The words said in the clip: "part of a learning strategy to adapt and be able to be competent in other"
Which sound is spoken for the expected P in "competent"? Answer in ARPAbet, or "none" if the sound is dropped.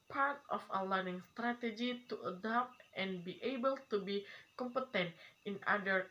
P